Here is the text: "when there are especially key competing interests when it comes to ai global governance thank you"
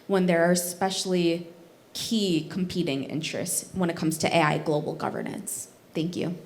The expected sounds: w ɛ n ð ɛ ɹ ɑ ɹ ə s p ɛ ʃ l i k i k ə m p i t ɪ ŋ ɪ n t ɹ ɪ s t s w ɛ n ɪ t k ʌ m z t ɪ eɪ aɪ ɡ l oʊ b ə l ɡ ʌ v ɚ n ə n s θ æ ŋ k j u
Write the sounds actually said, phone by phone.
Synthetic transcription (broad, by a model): w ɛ n ð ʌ ɹ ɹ s p ɛ ʃ l i k i k m p i t ɪ ŋ ɪ n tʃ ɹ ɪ s t s w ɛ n ɪ t k ʌ m z t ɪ eɪ aɪ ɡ l oʊ b l ɡ ʌ v ɚ n ə n s θ æ ŋ k j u